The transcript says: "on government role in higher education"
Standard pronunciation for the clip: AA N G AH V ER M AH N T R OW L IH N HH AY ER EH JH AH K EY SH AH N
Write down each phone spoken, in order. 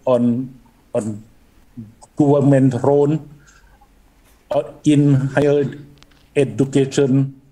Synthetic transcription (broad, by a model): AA N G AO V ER M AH N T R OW N IH N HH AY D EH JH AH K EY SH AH N